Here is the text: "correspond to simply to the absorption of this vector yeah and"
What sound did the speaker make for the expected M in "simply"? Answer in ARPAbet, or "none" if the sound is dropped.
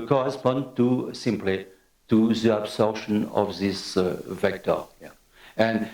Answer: M